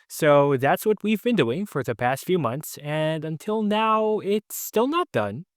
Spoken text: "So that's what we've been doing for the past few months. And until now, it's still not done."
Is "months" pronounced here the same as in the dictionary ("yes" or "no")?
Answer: yes